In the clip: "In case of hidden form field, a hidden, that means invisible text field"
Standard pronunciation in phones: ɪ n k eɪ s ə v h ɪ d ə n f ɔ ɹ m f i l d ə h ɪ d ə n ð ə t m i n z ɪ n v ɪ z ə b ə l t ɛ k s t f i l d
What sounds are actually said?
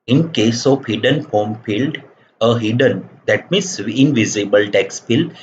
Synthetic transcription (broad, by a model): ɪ n k eɪ s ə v h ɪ d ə n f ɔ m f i l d ə h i d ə n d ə t m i n s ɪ n v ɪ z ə b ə l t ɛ k s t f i l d